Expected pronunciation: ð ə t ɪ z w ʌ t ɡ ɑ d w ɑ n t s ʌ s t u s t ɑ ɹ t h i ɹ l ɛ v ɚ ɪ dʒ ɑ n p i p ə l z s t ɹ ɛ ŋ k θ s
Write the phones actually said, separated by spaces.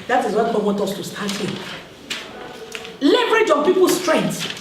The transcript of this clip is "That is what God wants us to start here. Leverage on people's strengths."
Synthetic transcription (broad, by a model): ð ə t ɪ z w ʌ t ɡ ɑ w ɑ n t ʌ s t u s t ɑ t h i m l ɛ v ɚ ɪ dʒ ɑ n p i p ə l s t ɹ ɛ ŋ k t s